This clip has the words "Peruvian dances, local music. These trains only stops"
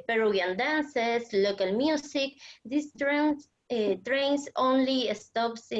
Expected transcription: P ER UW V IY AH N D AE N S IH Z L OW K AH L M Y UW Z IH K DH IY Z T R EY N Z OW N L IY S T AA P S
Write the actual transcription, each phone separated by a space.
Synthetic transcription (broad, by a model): P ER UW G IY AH N D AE N S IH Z L OW K AH L M Y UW S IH K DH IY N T R EY N S OW N L IY S T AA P S